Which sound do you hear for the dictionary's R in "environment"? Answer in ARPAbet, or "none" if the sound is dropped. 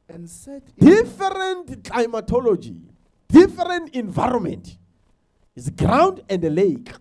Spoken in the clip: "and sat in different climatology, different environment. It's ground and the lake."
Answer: R